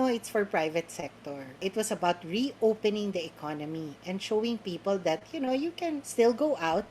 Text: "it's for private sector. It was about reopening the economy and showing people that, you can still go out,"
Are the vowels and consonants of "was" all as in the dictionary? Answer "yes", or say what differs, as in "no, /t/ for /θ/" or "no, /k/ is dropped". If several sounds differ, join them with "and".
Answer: no, /s/ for /z/